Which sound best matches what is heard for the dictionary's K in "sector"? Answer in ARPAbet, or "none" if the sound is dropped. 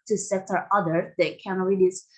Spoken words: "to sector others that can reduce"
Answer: none